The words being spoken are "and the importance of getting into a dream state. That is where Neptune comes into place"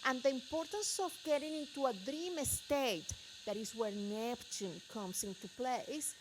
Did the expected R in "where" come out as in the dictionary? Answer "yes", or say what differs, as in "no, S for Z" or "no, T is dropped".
yes